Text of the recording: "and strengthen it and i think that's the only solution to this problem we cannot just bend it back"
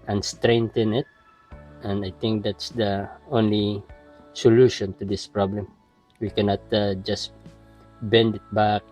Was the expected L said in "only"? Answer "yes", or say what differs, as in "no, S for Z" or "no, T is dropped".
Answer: yes